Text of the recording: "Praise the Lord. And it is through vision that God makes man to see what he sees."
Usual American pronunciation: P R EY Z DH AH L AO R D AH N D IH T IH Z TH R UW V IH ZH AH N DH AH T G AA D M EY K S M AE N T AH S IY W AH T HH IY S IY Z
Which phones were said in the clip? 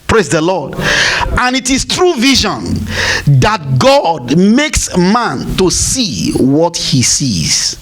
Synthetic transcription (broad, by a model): P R EY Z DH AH L AO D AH N IH T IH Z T R UW V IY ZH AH N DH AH T G AA D M EY K S M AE N T AH S IY W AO T HH IY S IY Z